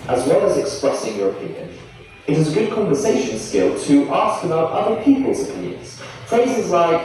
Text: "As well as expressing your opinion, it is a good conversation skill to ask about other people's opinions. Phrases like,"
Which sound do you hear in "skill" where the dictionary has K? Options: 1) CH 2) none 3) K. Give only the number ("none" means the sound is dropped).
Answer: 3